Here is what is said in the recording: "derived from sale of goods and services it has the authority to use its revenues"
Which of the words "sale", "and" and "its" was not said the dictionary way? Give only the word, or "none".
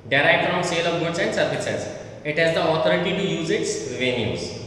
none